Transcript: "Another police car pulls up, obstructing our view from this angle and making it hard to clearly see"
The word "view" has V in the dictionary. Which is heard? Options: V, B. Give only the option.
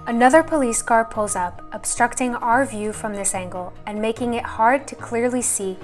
V